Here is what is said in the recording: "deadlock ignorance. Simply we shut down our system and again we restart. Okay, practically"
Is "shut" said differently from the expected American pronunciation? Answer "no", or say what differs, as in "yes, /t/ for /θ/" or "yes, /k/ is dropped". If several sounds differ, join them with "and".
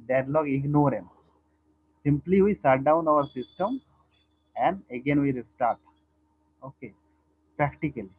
yes, /s/ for /ʃ/